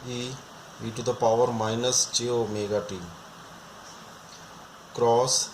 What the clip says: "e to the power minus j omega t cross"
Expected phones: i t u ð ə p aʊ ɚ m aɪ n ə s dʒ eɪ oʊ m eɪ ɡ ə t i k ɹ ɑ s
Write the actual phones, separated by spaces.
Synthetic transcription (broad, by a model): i t u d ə p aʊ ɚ m aɪ n ə s tʃ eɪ oʊ m eɪ ɡ ə t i k ɹ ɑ s